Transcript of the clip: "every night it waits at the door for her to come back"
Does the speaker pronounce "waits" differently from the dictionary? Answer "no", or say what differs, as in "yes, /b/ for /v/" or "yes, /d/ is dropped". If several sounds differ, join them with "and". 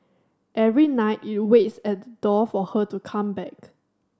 no